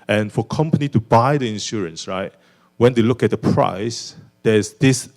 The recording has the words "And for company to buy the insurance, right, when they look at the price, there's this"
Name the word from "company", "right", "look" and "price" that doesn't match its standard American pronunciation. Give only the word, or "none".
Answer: none